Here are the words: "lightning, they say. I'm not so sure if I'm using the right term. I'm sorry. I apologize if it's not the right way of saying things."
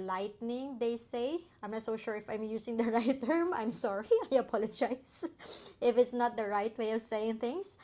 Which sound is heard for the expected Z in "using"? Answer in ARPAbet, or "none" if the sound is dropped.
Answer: S